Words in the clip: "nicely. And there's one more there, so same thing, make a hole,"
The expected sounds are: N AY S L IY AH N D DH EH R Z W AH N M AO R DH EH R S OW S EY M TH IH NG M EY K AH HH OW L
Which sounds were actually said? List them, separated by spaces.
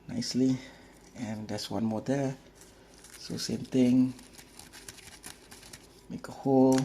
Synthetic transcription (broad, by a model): N AY S L IY AH N D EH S W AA N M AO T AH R S OW S EY M T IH NG M EY K AH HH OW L